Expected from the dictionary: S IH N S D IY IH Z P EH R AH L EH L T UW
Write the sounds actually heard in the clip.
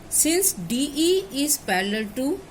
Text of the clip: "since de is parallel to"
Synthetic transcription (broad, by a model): S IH N S D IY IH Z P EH L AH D T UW